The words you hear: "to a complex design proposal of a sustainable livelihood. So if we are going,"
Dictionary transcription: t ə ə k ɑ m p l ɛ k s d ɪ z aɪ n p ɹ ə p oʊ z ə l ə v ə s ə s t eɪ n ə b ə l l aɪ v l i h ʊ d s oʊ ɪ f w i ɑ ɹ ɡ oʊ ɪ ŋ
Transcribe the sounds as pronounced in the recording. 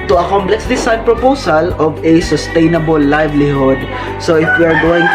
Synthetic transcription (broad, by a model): t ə ə k ɑ m p l ɛ k s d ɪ s aɪ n p ɹ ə p oʊ s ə l ə v ə s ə s t eɪ n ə b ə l l aɪ v l i h ʊ d s oʊ ɪ f w i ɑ ɹ ɡ oʊ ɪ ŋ